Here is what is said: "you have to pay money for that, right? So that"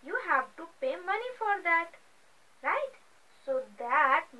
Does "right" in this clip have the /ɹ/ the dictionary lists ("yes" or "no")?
yes